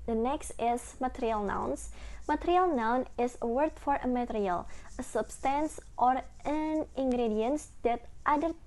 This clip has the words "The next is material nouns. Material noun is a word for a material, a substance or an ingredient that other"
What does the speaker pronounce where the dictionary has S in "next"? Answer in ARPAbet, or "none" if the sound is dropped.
S